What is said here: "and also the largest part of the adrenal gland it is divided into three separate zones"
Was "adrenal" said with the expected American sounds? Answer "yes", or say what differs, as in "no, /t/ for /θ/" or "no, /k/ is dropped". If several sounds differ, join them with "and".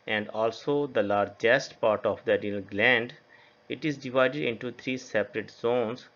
no, /ɹ/ is dropped